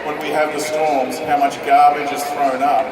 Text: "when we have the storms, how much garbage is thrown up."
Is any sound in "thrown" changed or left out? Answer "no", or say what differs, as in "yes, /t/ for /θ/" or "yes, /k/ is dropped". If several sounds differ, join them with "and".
no